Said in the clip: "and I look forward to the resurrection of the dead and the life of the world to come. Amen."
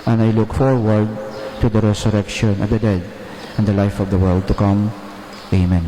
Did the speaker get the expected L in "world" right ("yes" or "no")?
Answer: yes